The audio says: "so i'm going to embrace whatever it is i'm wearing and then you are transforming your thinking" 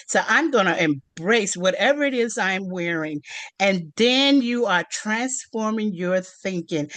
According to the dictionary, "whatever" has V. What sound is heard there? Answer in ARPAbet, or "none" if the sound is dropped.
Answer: V